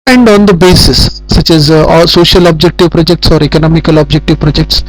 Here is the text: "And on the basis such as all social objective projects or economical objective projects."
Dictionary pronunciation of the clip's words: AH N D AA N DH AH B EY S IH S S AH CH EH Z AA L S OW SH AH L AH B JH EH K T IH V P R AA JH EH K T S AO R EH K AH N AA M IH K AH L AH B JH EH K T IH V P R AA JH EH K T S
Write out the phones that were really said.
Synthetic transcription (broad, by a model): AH N D AA N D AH B EY S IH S S AH CH EH Z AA S OW SH AH L AH B JH EH K T IH V P R AA JH EH K T S AO R EH K AH N AA M IH K AH L AH B JH EH K T IH V P R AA JH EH K T S